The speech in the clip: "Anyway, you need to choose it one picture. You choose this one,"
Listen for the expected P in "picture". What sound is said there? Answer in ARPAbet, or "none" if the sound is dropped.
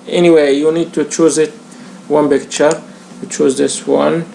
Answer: B